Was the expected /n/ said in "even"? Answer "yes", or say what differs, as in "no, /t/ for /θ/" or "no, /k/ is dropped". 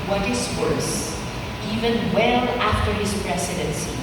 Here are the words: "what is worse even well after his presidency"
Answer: yes